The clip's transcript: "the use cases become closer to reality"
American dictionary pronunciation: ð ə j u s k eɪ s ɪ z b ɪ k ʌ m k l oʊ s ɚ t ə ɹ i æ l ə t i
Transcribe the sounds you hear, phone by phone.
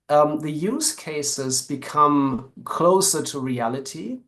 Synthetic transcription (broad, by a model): ð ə j u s k eɪ s ɪ z b ɪ k ʌ m k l oʊ s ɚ t ə ɹ i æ l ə t i